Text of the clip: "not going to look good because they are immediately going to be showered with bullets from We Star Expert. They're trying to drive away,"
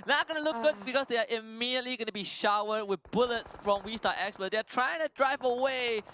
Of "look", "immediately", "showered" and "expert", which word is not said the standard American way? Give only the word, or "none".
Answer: expert